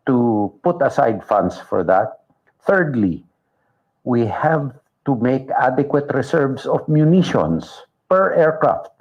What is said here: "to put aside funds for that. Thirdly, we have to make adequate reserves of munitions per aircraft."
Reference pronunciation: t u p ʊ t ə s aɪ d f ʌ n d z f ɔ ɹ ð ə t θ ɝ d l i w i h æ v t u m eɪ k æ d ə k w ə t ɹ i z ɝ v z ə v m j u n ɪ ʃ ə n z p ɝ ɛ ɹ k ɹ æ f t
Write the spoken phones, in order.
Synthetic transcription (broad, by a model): t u p ʊ t ə s aɪ d f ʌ n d s f ɔ ɹ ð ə t θ ɝ d l i w i h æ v t u m eɪ k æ d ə k w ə t ɹ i s ɝ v s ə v m j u n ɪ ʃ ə n s p ɝ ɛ ɹ k ɹ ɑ f t